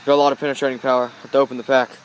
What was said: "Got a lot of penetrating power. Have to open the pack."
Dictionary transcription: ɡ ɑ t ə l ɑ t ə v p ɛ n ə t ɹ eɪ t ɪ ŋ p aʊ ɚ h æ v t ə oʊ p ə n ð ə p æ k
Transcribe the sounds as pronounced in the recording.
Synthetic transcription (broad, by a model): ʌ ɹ ə l ɑ t ə v p ɛ n ə t ɹ eɪ t ɪ ŋ p aʊ ɚ t ə oʊ p ə n ð ə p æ k